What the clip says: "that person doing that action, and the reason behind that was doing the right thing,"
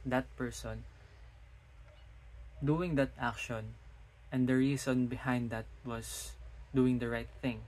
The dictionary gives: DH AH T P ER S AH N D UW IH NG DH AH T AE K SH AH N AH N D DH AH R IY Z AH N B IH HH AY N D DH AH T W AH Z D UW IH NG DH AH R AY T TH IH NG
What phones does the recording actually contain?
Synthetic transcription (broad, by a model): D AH T P ER S AH N D UW IH NG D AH T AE K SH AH N AH N D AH R IY S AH N B IH HH AY N D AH T W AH S D UW IH NG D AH R AY T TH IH NG